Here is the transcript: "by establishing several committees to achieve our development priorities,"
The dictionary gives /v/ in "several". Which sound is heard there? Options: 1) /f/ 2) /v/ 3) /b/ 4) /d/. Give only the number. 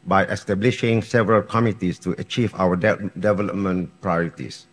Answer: 2